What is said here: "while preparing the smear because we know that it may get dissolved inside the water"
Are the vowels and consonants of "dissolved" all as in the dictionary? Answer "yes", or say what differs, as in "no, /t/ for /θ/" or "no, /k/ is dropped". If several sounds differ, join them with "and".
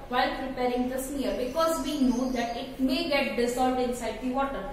no, /v/ is dropped